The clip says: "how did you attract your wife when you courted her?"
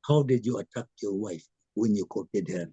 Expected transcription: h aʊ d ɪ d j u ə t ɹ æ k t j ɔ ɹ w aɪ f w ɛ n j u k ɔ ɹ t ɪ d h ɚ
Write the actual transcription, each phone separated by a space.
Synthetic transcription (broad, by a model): h aʊ d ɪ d j u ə t ɑ k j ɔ w aɪ f w ɛ n j u k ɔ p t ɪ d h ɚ